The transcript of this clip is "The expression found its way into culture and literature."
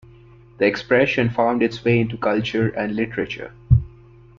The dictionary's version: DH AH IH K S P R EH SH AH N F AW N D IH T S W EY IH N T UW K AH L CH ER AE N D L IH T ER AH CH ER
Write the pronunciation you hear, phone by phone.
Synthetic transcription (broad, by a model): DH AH IH K S P R EH SH AH N F AW N D IH T S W EY IH N T UW K AH L CH ER AE N D L IH T ER AH CH ER